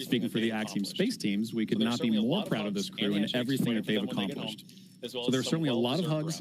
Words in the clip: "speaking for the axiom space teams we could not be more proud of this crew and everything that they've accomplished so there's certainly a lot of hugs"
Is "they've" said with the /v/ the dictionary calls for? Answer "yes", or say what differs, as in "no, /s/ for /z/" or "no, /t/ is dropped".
yes